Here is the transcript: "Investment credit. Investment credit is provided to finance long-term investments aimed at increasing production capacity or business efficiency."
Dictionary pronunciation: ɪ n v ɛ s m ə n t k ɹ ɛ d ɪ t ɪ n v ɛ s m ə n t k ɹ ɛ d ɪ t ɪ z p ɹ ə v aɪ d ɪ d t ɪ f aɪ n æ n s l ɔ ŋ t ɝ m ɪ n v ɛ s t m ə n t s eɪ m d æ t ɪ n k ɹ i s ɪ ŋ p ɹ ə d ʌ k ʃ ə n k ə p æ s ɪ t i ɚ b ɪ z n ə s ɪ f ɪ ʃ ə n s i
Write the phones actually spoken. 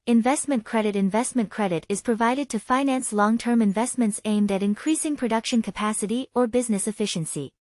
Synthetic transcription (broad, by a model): ɪ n v ɛ s m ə n k ɹ ɛ d ɪ t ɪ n v ɛ s m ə n k ɹ ɛ d ɪ t ɪ z p ɹ ə v aɪ d ɪ d t ɪ f aɪ n æ n s l ɔ ŋ t ɝ m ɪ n v ɛ s t m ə n t s eɪ m d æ t ɪ n k ɹ i s ɪ ŋ p ɹ ə d ʌ k ʃ ə n k ə p æ s ɪ t i ɚ b ɪ z n ə s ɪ f ɪ ʃ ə n s i